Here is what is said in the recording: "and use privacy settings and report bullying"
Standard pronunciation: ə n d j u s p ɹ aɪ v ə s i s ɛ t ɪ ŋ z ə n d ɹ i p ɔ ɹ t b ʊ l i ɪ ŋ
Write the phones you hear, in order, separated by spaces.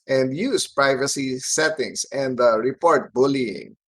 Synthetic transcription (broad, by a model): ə n d j u s p ɹ aɪ v ə s i s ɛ t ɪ ŋ s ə n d ɹ i p ɔ ɹ t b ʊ l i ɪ ŋ